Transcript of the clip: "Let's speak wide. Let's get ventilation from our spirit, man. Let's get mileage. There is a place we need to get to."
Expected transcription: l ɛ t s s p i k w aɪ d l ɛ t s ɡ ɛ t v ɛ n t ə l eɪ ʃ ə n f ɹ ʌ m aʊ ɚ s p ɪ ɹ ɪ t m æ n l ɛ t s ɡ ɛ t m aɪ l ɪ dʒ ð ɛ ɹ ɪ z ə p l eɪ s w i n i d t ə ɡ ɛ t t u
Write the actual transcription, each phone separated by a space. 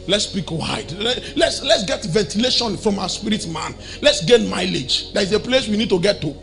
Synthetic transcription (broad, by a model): l ɛ t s s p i k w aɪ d l ɛ t s ɡ ɛ t v ɛ n t ə l eɪ ʃ ə n f ɹ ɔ m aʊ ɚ s p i ɹ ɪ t m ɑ n l ɛ t s ɡ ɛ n m aɪ l ɪ dʒ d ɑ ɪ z ə p l eɪ s w i n i d t ə ɡ ɛ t t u